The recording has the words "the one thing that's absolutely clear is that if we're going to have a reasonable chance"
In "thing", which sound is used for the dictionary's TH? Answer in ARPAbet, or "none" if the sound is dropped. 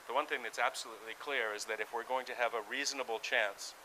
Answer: TH